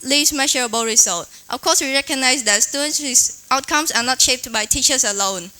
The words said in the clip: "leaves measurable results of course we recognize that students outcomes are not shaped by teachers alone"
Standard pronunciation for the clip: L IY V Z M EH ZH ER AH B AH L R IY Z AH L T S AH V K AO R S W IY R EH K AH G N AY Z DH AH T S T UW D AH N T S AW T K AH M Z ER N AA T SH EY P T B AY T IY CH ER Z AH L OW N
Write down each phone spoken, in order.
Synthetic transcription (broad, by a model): L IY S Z M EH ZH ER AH B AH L R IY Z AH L T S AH F K AO S W IY R EH K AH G N AY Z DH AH T S T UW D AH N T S AW T K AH M S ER N AA T SH EY P T B AY T IY CH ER S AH L OW N